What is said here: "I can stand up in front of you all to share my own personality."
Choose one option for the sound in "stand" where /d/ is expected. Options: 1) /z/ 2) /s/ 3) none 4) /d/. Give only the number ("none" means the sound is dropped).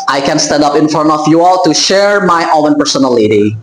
4